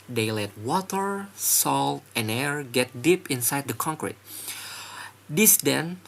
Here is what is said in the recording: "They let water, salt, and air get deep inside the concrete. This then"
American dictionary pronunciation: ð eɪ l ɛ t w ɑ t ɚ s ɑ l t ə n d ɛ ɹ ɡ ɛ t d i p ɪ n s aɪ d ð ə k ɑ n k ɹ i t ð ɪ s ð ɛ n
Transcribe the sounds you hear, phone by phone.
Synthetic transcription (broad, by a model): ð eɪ l ɛ t w ɑ t ɚ s ɑ l t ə n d ɛ ɹ ɡ ɛ t d i p ɪ n s aɪ d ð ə k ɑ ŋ k ɹ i t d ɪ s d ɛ n